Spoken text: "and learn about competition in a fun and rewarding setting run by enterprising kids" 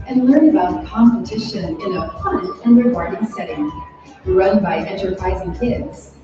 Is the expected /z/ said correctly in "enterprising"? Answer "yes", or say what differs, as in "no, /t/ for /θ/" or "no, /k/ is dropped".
yes